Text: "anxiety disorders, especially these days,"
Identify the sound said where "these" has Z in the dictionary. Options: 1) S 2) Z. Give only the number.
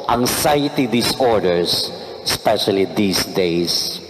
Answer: 1